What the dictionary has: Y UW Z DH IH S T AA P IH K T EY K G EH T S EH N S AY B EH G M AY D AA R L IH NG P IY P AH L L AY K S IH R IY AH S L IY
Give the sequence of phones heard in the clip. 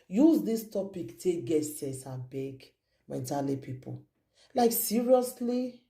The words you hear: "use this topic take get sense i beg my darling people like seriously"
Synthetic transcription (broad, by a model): Y UW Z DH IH S T AA P IH K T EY G EH T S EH S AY B EH G M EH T AA L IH P IY P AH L L AY K S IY R IY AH S L IY